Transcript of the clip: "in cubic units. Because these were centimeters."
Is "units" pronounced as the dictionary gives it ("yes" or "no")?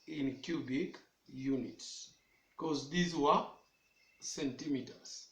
yes